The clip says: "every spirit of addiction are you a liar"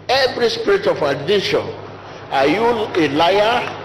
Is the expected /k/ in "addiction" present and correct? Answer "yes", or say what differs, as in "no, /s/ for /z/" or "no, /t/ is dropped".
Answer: no, /k/ is dropped